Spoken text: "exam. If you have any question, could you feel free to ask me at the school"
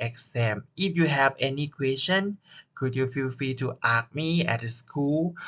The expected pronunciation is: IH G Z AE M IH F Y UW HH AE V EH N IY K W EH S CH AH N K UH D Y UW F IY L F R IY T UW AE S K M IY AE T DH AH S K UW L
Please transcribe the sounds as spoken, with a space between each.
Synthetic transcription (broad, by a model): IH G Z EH M IH F Y UW HH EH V EH N IY K W EH S CH AH N K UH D Y UW F IY L F R IY T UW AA K M IY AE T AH S K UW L